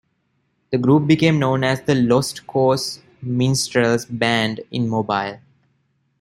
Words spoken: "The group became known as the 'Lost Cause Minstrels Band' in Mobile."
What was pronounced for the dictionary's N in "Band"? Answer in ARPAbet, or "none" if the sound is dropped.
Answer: N